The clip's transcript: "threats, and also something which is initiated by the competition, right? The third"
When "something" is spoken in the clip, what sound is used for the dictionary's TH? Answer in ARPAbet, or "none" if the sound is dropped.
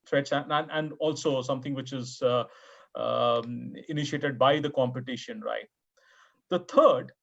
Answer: T